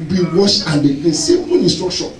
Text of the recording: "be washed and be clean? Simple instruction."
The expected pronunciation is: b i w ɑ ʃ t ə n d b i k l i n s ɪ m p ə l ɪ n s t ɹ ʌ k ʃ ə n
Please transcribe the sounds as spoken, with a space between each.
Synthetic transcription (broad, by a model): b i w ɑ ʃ ə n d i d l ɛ s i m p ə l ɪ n s t ɹ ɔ k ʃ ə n